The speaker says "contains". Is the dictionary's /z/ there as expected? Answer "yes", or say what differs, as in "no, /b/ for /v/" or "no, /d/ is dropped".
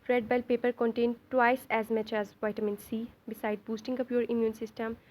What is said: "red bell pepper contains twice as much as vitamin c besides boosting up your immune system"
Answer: no, /z/ is dropped